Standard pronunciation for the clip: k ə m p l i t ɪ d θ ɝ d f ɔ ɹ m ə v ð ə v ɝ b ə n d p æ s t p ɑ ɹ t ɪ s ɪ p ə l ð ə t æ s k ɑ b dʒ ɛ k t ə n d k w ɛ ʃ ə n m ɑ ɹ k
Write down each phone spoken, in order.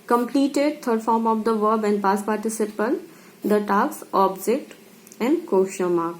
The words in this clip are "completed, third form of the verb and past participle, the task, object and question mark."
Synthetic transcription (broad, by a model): k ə m p l i t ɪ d t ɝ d f ɔ ɹ m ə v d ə v ɝ b ə n d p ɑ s p ɑ ɹ t ɪ s ɪ p ə l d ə t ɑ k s ɑ b dʒ ɛ k t ə n d k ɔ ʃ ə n m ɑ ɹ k